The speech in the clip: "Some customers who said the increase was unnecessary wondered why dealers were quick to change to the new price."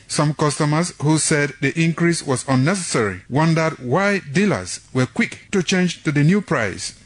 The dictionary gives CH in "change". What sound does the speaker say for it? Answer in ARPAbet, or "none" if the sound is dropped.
CH